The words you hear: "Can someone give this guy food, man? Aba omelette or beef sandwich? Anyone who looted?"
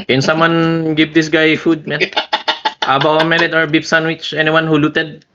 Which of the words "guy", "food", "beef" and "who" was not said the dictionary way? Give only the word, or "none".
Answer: beef